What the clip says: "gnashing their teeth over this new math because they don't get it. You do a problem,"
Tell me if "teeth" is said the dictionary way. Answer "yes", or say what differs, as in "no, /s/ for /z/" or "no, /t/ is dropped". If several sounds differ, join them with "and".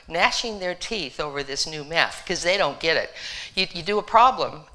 yes